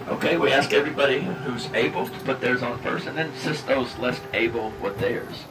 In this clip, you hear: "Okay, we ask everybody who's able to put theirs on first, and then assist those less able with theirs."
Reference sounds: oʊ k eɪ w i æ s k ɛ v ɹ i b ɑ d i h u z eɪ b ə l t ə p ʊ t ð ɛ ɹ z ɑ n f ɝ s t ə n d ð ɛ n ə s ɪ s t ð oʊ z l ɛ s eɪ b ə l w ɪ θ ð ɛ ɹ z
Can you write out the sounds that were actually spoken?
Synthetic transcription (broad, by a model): oʊ k eɪ w i æ s k ɛ v ɹ i b ɑ d i h u z eɪ b l t ə p ʊ t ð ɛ ɹ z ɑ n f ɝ s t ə n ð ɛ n s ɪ s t ð oʊ z l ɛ s eɪ b l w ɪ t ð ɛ ɹ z